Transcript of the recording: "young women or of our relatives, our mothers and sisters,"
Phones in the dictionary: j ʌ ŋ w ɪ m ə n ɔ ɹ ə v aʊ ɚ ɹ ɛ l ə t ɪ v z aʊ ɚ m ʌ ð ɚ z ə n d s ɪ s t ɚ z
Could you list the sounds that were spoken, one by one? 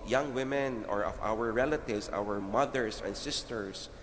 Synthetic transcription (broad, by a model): j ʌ ŋ w ɪ m ə n ɔ ɹ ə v aʊ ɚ ɹ ɛ l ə t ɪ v s aʊ ɚ m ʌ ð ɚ s ə n d s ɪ s t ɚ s